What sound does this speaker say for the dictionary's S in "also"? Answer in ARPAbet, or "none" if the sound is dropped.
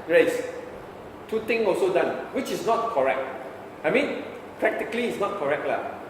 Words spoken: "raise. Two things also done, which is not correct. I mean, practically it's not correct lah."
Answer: S